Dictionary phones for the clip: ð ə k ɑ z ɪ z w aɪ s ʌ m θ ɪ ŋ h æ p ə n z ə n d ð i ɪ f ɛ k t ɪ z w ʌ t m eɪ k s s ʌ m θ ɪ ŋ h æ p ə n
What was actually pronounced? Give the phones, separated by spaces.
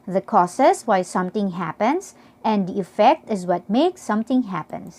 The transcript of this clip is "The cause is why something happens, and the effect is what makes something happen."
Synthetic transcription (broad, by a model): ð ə k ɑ s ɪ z w aɪ s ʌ m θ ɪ ŋ h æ p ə n s ə n d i ɪ f ɛ k t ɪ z w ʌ t m eɪ k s s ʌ m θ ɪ ŋ h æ p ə n